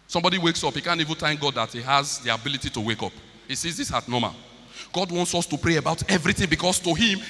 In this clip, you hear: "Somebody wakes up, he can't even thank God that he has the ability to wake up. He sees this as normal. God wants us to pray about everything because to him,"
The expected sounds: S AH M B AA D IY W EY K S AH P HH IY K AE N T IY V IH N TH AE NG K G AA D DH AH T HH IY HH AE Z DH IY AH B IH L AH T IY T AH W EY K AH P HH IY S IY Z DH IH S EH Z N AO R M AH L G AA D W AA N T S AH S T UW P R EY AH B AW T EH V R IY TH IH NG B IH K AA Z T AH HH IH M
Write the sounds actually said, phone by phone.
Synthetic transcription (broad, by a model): S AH M B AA D IY W EY K S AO P HH IY K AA N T IY V IH N T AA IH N G AA D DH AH T HH IY HH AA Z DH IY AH B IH L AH T IY T AH W EY K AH P HH IY S IY Z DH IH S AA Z N AO M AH L G AA D W AA N T S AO S T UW P R EY AH B AW T EH V R IY TH IH NG B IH K AA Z T AH HH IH M